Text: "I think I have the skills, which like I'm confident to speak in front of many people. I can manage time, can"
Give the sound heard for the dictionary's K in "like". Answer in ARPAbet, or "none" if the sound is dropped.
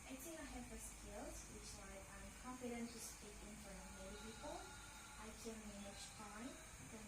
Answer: none